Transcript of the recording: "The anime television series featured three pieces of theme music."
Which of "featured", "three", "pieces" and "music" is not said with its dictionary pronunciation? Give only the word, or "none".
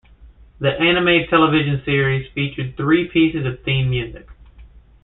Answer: none